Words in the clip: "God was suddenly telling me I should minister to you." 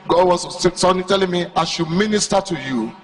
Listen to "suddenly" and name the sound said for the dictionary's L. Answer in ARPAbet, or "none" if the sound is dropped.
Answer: none